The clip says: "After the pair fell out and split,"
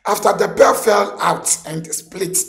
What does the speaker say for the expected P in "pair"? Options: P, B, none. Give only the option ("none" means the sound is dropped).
B